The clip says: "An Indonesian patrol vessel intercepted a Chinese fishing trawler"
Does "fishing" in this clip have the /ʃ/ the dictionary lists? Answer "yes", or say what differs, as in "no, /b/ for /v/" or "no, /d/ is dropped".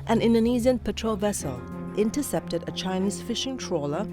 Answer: yes